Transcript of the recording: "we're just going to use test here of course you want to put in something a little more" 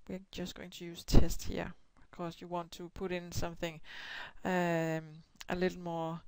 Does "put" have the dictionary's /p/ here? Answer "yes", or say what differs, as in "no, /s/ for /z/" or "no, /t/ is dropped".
yes